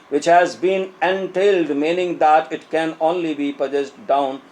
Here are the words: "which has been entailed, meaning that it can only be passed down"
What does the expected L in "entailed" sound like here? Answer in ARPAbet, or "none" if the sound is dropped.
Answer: L